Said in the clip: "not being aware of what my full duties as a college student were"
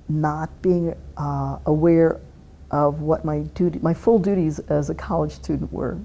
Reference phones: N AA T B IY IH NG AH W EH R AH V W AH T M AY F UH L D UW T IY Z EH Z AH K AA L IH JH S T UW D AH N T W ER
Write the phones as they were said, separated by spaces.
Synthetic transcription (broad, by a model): N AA T B IY IH NG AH W EH R AH V W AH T M AY F UH L D UW T IY Z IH Z AH K AA L IH JH S T UW D N T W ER